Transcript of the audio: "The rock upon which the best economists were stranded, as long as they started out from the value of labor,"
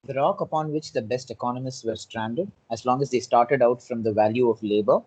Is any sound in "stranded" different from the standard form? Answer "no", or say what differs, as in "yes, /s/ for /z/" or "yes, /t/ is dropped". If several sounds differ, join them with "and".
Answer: no